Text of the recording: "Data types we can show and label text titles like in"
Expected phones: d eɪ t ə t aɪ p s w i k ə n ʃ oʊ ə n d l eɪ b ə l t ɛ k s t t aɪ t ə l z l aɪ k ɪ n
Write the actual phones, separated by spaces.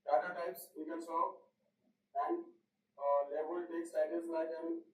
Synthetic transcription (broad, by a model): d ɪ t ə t aɪ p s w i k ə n s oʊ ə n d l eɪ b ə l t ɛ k s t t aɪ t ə z l aɪ k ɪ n